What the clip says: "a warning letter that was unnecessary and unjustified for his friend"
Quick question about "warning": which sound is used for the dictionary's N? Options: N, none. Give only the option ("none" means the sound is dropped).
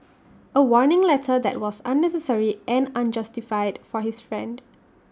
N